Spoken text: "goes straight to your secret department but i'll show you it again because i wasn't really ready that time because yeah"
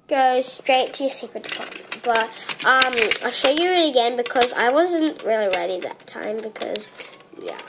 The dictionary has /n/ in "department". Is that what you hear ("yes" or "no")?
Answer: no